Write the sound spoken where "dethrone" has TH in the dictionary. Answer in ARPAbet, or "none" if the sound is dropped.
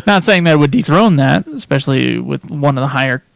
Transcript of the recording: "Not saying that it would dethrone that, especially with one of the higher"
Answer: TH